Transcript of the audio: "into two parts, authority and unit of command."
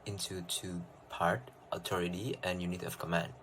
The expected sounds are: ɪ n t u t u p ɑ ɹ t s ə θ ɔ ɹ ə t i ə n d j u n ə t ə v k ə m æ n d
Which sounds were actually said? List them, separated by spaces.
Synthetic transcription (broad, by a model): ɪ n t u t u p ɑ ɹ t ə t ɔ ɹ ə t i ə n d j u n ə t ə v k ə m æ n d